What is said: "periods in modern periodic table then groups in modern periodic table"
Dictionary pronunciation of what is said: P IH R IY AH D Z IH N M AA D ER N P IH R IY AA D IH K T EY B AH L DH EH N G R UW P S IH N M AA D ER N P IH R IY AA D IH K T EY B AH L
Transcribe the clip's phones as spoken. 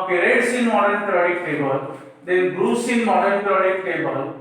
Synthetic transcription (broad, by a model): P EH R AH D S IH N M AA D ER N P R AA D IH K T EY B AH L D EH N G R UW S IH N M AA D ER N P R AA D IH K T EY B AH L